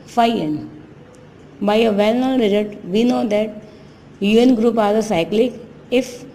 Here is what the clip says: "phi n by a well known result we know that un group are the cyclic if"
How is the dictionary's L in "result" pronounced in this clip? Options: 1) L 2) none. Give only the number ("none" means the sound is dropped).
2